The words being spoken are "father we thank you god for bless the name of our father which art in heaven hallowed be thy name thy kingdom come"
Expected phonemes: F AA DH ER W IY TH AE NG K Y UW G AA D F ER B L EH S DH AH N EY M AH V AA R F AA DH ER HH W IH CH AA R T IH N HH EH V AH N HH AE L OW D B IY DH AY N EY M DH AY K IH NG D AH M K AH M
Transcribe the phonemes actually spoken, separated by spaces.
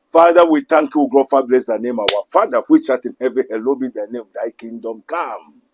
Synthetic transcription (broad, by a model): F AA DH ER W IY T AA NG K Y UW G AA F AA B L EH S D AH N EY M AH W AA F AA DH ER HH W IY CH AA T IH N HH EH V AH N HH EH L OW B IY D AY N EY M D AY K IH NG D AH M K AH M